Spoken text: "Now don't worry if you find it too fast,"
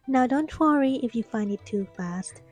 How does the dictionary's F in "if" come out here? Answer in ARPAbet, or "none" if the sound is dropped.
F